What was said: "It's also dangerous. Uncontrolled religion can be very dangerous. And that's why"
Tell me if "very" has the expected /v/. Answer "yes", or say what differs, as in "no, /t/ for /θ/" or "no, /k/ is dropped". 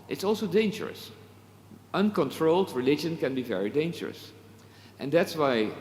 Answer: yes